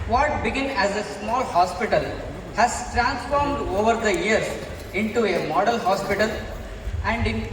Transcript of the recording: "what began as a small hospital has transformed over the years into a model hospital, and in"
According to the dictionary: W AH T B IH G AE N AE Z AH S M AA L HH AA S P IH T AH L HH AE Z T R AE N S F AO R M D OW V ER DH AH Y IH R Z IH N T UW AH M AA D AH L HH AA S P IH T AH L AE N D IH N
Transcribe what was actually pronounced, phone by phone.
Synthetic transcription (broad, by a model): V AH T B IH G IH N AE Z AH S M AA L HH AA S P IH T AH L HH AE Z T R AE N S F AO R M D OW V ER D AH Y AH R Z IH N T UW AH M AA D AH L HH AA S P IH T AH L AE N D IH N